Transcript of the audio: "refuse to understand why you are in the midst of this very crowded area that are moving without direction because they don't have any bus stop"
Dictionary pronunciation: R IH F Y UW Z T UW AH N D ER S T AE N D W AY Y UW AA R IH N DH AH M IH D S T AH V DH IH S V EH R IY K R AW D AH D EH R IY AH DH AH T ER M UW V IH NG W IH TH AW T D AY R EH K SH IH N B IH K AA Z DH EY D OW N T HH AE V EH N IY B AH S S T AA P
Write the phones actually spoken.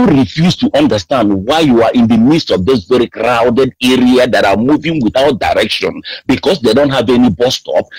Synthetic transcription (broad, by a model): R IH F Y UW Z T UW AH N D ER S T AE N D W AY Y UW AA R IH N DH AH M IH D S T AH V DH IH S V EH R IY K R AW D AH D EH R IY AH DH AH T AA M UW V IH NG W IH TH AW T D AY R EH K SH IH N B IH K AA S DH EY D OW N T HH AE V EH N IY B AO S S T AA P